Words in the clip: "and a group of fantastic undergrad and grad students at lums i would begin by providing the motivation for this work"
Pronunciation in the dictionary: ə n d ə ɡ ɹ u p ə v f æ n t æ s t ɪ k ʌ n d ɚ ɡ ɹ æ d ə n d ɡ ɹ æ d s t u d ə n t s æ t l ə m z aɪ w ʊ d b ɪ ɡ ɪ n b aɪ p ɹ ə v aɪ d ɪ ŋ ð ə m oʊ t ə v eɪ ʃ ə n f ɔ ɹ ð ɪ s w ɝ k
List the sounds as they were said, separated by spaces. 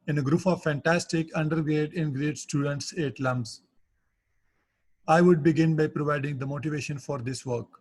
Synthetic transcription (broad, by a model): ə n ə ɡ ɹ u p ə v f æ n t æ s t ɪ k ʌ n d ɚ ɡ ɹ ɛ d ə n ɡ ɹ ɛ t s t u d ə n t s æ t l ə m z aɪ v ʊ d b ɪ ɡ ɪ n b aɪ p ɹ ə v aɪ d ɪ ŋ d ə m oʊ t ə v eɪ ʃ ə n f ɔ ɹ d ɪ s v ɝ k